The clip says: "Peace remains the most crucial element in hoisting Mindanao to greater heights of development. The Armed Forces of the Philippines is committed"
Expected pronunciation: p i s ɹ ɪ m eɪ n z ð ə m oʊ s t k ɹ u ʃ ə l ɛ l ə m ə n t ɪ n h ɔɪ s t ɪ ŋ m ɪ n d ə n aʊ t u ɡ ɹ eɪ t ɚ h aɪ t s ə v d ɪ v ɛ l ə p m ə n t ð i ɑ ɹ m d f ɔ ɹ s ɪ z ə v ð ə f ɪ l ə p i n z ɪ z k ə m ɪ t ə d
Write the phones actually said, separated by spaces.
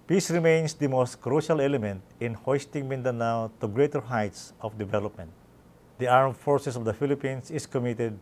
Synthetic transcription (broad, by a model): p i s ɹ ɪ m eɪ n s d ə m oʊ s t k ɹ u ʃ ə l ɛ l ə m ə n t ɪ n h ɔɪ s t ɪ ŋ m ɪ n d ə n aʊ t u ɡ ɹ eɪ t ɚ h aɪ t s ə f d ɪ v ɛ l ə p m ə n t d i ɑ ɹ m f ɔ ɹ s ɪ s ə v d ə f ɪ l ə p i n s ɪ s k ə m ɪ t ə d